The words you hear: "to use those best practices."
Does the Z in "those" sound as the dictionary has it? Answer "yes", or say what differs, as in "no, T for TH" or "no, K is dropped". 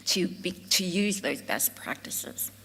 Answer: yes